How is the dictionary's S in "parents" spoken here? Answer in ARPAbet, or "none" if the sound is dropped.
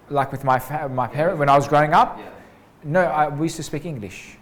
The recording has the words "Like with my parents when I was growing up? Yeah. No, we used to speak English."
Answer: none